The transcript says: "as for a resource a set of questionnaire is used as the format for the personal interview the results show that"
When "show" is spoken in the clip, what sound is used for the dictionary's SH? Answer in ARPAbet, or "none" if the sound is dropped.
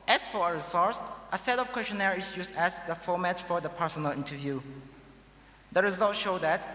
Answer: SH